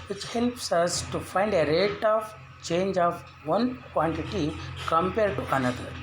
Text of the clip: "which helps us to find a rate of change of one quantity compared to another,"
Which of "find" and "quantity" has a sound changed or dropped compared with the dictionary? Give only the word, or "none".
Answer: none